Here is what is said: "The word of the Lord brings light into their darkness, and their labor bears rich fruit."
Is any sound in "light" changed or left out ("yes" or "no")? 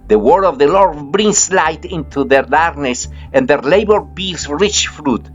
no